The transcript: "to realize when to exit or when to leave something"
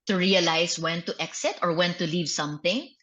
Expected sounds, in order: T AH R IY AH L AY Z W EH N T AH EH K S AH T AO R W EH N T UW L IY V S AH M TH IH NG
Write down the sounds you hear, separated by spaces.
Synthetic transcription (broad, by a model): T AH R IY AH L AY S W EH N T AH EH K S AH T AO R W EH N T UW L IY V S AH M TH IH NG